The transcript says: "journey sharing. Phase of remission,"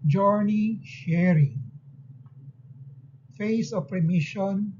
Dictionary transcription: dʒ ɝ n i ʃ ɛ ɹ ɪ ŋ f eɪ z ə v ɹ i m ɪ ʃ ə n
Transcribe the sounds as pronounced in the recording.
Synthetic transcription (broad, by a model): dʒ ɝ n i ʃ ɛ ɹ ɪ ŋ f eɪ s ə p ɹ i m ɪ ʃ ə n